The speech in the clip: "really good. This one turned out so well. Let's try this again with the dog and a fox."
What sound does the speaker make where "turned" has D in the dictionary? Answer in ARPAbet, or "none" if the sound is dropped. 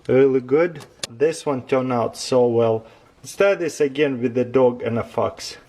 none